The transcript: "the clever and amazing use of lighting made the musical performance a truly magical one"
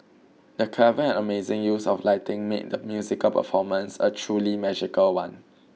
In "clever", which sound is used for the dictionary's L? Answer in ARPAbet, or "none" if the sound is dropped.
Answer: none